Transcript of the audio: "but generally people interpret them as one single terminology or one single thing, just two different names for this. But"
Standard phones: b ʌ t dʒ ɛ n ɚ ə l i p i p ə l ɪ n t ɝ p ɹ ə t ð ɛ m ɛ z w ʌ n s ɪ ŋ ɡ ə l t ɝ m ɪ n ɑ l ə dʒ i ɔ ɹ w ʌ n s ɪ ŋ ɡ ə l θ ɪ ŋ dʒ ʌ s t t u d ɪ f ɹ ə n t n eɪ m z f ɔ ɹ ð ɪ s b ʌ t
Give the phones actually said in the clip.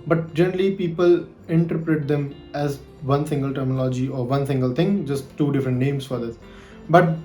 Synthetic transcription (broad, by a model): b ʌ t dʒ ɛ n ɚ ə l i p i p ə l ɪ n t ɝ p ɹ ə t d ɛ m ɛ z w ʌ n s ɪ ŋ ɡ ə l t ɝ m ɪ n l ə dʒ i ɔ ɹ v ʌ n s ɪ ŋ ɡ ə l t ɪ ŋ dʒ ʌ s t t u d ɪ f ɹ ə n t n eɪ m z f ɔ ɹ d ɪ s b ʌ t